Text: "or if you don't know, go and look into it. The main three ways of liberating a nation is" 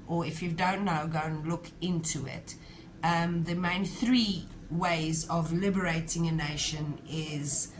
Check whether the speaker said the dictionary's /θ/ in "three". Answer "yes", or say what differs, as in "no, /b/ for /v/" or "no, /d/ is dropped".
yes